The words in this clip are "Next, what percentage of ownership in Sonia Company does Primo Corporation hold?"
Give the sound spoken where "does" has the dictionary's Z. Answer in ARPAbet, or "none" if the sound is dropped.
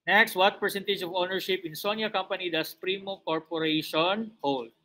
S